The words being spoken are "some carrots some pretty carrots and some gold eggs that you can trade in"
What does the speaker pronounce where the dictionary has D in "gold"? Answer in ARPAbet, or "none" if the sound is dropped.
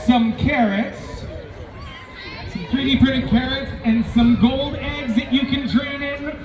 D